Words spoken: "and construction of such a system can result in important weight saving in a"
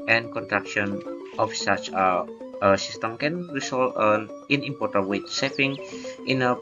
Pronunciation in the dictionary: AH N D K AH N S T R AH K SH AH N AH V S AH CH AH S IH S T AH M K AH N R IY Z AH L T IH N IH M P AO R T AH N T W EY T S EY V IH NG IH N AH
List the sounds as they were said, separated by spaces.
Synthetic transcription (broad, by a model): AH N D K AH N T R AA K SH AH N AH F S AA CH AH S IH S T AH M K AH N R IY S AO L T IH N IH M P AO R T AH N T W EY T S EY F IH NG IH N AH